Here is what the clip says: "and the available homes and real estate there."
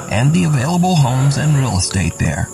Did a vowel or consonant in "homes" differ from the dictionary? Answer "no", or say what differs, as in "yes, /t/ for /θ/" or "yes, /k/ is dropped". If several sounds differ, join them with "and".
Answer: no